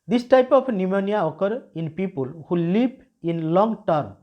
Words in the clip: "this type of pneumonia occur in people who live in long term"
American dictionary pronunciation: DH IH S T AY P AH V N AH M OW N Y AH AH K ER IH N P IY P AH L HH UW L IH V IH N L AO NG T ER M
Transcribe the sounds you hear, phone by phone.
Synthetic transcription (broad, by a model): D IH S T AY P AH P N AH M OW N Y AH AH K ER IH N P IY P AH L HH UW L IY P IH N L AO NG T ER M